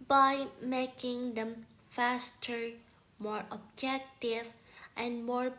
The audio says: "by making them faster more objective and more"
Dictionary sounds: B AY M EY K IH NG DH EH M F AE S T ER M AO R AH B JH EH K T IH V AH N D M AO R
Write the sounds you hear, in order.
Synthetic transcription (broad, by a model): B AY M EY K IH NG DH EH M F AE S T ER M AO R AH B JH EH K T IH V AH N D M AO R